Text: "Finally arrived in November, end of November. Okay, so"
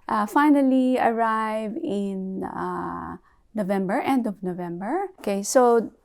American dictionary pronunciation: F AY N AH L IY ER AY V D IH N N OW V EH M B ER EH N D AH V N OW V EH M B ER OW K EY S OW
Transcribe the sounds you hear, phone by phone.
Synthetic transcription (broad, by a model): F AY N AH L IY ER AY V IH N N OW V EH M B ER EH N D AH V N OW V EH M B ER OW K EY S OW